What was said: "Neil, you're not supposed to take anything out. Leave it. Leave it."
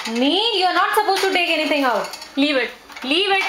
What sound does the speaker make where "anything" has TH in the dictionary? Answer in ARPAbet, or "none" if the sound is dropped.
T